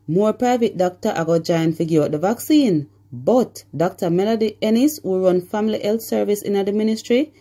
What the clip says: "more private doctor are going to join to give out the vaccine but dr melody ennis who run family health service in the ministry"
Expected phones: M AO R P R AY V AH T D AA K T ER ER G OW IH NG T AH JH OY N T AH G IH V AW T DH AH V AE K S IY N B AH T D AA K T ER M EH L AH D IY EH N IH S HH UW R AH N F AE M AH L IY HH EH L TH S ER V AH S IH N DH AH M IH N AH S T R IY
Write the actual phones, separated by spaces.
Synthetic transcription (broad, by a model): M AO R P R AY V AH T D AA K T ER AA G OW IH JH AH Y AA N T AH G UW AO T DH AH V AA K S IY N B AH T D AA K T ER M EH L AH D IY EH N IH S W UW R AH N F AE M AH L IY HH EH L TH S ER V AH S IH N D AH M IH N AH S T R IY